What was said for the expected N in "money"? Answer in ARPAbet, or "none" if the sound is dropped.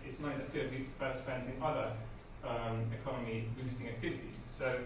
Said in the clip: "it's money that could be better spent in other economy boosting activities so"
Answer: none